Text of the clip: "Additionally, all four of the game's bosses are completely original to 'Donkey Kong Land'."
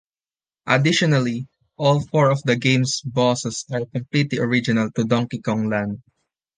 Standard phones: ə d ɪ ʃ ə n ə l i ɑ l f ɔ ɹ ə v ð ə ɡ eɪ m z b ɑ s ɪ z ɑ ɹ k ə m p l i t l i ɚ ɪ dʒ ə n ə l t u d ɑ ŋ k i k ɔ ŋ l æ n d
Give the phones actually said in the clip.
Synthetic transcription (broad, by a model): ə d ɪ ʃ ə n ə l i ɑ l f ɔ ɹ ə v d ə ɡ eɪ m s b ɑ s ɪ s ɑ ɹ k ə m p l i t l i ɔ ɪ dʒ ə n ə l t u d ɑ ŋ k i k ɔ ŋ l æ n d